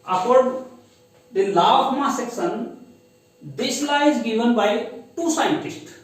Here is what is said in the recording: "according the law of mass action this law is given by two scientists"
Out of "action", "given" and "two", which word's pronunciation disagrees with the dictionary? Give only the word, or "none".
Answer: action